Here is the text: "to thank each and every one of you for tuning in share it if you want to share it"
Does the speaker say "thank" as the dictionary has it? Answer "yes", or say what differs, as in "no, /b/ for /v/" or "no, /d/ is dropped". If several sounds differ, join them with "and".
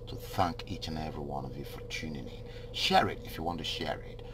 yes